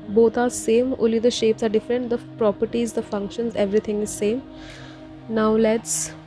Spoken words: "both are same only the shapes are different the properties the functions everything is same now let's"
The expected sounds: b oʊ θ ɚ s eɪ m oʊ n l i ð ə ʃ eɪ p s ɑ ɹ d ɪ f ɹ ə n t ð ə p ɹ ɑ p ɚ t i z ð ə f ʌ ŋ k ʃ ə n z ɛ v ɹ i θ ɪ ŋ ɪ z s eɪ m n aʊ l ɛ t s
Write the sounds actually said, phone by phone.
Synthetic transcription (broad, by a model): b oʊ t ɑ s eɪ m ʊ l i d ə ʃ eɪ p s ɑ ɹ d ɪ f ɹ ə n t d ə p ɹ ɑ p ɚ t i z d ə f ʌ ŋ k ʃ ə n z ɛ v ɹ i t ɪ ŋ ɪ z s eɪ m n aʊ l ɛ t s